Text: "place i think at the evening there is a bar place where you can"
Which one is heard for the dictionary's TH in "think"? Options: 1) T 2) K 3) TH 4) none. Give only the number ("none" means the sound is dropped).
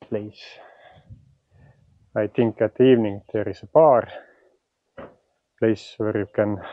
1